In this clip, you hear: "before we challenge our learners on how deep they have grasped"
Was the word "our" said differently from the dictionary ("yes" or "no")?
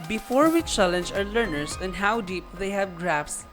no